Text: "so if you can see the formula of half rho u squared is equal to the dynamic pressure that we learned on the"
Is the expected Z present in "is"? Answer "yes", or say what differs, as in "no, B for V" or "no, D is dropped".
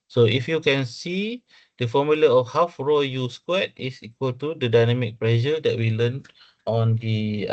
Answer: no, S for Z